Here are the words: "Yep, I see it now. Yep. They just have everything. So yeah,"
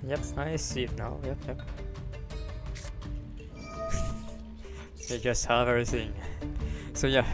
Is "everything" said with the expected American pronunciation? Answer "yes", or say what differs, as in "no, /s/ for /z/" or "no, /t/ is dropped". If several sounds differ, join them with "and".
yes